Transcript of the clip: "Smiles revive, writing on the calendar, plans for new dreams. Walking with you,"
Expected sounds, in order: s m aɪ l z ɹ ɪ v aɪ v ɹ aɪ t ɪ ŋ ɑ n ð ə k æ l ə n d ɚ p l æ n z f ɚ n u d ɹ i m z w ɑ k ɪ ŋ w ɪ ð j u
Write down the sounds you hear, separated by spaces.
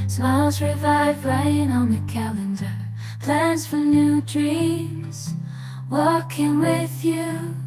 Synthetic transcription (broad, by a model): s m aɪ l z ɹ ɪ v aɪ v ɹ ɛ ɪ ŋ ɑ n ð ə k æ l ə n d ɚ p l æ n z f ɚ n u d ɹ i z w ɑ k ɪ ŋ w ɪ ð j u